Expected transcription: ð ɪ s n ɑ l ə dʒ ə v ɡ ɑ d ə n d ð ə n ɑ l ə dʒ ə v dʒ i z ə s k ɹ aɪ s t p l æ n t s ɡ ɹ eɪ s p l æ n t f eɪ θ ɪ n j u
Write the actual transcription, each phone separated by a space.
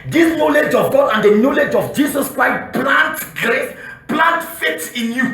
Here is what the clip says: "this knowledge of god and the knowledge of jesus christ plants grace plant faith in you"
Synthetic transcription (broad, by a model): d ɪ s n ɑ l ə dʒ ə v ɡ ɑ d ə n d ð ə n ɑ l ə dʒ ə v dʒ i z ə s k ɹ aɪ s t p l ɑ n t ɡ ɹ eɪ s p l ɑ n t f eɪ t ɪ n j u